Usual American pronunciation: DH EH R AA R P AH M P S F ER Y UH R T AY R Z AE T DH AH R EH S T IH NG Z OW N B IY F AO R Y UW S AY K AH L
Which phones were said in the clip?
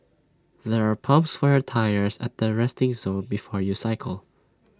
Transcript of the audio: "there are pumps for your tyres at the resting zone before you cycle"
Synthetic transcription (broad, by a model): DH EH R AA R P AH M P S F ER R T AY R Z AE T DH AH R EH S T IH NG Z OW N B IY F AO R Y UW S AY K AH L